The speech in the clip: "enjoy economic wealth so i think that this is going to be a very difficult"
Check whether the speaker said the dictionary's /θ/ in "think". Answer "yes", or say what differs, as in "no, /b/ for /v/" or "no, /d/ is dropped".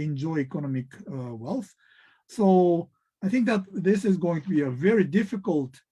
yes